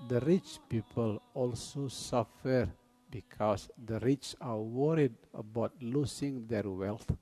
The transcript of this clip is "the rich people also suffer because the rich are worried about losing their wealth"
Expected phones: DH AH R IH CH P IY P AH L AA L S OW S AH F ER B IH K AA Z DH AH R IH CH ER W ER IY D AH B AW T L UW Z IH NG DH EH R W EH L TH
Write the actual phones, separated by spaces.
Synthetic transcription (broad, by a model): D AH R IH CH P IY P AH L AA L S OW S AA F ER B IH K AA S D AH R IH CH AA W ER IY D AH B AW T L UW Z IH NG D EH R W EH L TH